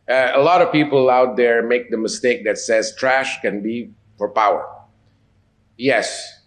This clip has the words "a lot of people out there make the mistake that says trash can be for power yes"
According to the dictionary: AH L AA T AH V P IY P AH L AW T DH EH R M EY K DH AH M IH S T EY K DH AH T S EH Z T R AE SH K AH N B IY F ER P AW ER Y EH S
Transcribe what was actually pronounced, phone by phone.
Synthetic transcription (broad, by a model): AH L AA T AH V P IY P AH L AW T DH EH R M EY K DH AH M IH S T EY K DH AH T S EH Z T R AE SH K AH N B IY F ER P AW ER Y EH S